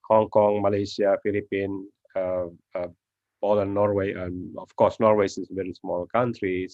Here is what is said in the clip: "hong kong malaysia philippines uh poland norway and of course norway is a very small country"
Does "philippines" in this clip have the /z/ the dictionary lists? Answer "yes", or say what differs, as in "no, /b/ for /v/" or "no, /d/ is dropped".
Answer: no, /z/ is dropped